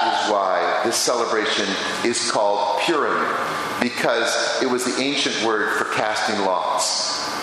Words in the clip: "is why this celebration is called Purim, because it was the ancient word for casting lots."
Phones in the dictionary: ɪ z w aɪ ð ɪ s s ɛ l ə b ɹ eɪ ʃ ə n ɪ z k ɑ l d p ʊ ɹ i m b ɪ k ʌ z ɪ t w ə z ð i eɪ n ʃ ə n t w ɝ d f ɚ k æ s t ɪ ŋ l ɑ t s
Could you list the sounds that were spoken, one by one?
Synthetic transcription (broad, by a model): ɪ z w aɪ ð ɪ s s ɛ l ə b ɹ eɪ ʃ ə n ɪ z k ɑ l d p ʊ ɹ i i b ɪ k ʌ z ɪ t w ə z ð i eɪ n ʃ ə n t w ɝ d f ɚ k æ s t ɪ ŋ l ɑ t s